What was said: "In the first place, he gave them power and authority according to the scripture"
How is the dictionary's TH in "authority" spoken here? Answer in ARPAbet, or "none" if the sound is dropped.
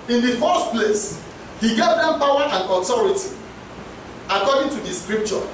T